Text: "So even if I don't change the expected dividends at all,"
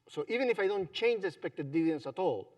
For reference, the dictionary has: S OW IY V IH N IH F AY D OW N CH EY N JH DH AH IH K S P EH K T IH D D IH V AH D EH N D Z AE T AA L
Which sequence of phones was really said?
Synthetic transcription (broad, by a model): S OW IY V IH N IH F AY D OW N CH EY N JH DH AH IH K S P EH K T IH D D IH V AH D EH N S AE T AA L